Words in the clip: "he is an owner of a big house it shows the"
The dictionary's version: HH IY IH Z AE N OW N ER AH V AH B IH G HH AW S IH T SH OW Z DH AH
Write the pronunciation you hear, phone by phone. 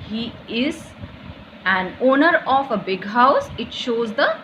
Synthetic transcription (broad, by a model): HH IY IH Z AE N OW N ER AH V AH B IH G HH AW S IH T SH OW Z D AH